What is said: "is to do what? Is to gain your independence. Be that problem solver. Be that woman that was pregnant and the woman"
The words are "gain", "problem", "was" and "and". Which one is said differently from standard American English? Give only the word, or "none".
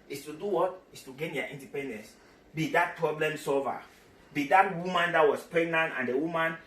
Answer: was